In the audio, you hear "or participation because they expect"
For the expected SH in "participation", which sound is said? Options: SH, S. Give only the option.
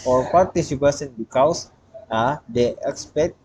S